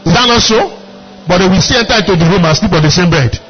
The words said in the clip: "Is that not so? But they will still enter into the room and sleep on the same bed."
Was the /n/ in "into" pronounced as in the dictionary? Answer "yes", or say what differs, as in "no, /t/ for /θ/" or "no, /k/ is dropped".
no, /n/ is dropped